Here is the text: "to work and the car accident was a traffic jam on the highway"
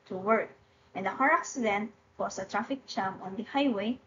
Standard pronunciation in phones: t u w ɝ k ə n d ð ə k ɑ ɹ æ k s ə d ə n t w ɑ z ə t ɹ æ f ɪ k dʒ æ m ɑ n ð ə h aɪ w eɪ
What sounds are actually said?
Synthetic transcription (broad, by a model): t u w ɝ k ə n d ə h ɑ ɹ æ k s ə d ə n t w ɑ s ə t ɹ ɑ f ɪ k tʃ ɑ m ɑ n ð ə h aɪ w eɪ